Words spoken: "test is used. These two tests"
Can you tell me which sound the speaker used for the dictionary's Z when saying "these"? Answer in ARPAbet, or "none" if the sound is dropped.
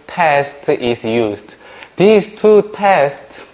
S